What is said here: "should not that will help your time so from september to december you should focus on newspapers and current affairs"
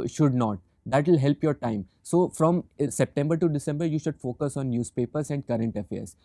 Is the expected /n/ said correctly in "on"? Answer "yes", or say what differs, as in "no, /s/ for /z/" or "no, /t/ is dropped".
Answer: yes